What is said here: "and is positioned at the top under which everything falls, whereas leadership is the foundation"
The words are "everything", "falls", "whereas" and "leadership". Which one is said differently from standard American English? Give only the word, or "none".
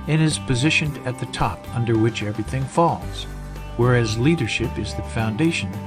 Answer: none